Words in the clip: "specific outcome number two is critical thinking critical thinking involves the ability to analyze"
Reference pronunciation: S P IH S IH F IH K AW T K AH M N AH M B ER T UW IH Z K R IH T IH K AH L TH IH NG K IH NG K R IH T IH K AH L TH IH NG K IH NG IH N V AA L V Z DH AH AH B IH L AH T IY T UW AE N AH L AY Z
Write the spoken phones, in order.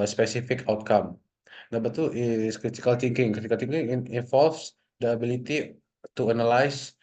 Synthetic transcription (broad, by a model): S P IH S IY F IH K AW T K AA M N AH B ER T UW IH S K R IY T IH K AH L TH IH NG K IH NG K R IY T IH K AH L T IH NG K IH NG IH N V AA L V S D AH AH B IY L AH T IY T UW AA N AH L AY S